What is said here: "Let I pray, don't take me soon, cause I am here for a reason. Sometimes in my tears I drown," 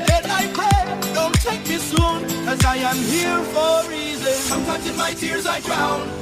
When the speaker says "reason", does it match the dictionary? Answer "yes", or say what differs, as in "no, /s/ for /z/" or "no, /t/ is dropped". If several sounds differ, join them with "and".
yes